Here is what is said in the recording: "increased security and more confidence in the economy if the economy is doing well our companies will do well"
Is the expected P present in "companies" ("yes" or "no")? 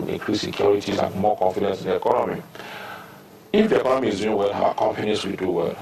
no